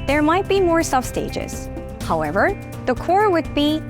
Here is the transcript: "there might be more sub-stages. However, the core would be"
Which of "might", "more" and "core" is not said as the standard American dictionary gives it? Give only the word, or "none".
none